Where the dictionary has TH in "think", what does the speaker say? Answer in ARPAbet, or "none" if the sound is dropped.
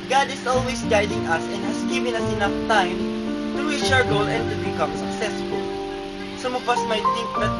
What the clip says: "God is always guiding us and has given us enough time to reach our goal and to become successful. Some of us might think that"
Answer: T